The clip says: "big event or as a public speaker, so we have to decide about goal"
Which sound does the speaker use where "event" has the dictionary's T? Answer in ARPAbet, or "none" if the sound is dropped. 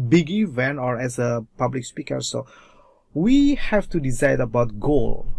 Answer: none